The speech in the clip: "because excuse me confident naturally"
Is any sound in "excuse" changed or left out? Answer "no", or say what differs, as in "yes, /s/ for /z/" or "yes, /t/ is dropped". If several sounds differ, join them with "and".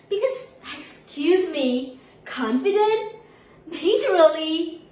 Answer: no